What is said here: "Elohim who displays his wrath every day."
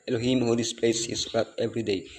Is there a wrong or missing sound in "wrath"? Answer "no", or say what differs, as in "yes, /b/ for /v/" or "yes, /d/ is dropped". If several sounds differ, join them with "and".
yes, /t/ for /θ/